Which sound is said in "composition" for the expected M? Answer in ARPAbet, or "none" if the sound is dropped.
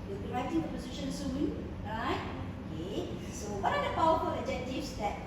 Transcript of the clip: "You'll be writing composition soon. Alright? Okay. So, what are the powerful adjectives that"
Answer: none